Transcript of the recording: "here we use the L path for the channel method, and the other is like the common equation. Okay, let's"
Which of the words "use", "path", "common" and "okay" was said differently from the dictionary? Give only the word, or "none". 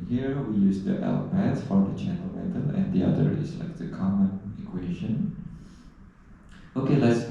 path